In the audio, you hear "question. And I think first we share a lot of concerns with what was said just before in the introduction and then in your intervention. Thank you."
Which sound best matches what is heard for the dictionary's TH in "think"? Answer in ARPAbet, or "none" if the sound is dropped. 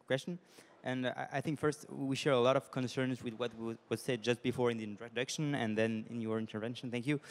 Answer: TH